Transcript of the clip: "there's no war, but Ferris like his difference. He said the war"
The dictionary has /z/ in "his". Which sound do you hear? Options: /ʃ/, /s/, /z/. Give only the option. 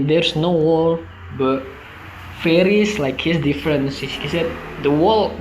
/s/